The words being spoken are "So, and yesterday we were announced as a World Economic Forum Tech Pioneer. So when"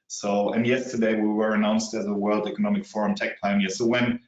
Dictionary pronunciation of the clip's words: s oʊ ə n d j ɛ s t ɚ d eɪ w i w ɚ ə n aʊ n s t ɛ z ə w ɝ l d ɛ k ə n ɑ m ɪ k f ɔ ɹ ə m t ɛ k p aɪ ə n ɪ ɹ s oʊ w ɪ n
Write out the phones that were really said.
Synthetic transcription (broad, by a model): s oʊ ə n j ɛ s t ɚ d eɪ w i w ɚ ə n aʊ n s t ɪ z ə w ɝ l d ɛ k ə n ɑ m ɪ k f ɔ ɹ ə m t ɛ k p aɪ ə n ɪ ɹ s oʊ w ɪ n